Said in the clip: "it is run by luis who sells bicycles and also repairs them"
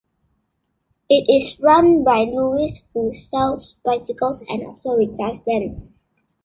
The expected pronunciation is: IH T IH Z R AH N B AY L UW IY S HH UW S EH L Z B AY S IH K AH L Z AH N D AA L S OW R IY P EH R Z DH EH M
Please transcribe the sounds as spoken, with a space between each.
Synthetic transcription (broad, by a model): IH T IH S R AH N B AY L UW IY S HH UW S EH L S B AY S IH K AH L S AH N D AA L S OW R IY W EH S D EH M